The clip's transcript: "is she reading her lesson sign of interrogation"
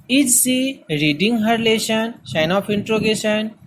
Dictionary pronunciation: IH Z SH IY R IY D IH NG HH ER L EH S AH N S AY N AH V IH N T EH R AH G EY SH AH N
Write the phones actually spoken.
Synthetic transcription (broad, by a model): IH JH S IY R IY D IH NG HH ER L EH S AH N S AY N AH P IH N T R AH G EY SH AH N